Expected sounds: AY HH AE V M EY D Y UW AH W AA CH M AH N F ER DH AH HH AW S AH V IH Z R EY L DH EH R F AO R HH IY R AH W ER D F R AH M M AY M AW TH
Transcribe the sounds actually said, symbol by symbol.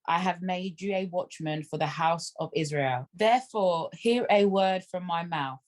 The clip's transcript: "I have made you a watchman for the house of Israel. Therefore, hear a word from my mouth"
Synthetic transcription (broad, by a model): AY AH V M EY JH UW AH W AA CH M AH N F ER DH AH HH AW S AH V IH Z R EY L DH EH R F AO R HH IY R AH W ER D F R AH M M AY M AW TH